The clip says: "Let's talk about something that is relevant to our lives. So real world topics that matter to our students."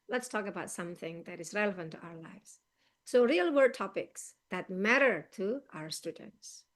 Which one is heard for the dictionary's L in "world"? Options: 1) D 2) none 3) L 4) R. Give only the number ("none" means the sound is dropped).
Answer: 2